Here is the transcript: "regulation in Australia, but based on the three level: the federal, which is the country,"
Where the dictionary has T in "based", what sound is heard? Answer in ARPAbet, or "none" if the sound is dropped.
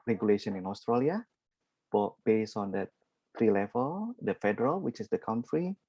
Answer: none